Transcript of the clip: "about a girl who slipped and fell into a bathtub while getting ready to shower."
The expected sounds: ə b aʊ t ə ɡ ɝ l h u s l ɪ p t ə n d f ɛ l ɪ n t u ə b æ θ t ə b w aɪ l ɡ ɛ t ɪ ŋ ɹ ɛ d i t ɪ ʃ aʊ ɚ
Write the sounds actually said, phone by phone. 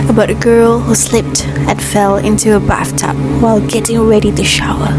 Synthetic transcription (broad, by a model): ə b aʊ t ə ɡ ɝ l h u s l ɪ p t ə n f ɛ l ɪ n t u ə b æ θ t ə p w aɪ l ɡ ɛ t ɪ ŋ ɹ ɛ d i t ɪ ʃ aʊ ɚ